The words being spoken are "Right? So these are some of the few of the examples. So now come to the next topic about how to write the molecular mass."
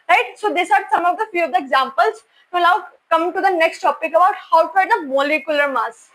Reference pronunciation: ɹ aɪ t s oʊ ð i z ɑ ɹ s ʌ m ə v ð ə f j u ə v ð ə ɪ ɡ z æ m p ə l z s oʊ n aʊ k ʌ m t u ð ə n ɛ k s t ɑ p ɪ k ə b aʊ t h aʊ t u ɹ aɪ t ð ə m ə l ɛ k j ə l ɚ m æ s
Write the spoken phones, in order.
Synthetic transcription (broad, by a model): ɹ aɪ t s oʊ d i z ɑ ɹ s ʌ m ə v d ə f j u ə v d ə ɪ ɡ z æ m p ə l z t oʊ l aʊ k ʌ m t u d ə n ɛ k s t ɑ p ɪ k ə b aʊ t h aʊ t u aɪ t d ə m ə l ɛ k j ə l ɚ m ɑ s